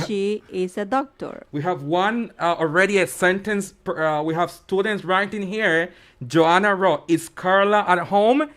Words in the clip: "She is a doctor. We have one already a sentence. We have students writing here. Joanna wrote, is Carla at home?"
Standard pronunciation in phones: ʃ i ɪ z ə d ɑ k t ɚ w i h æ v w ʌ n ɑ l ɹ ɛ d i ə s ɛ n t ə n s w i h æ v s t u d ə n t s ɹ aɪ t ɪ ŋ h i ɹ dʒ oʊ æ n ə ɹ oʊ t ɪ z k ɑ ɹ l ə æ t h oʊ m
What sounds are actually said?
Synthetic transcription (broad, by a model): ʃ i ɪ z ə d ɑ k t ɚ w i h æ v w ʌ n ɑ l ɹ ɛ d i ə s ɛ n t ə n s w i h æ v s t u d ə n t s ɹ aɪ t ɪ ŋ h i ɹ dʒ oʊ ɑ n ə ɹ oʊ ɪ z k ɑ ɹ l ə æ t h oʊ m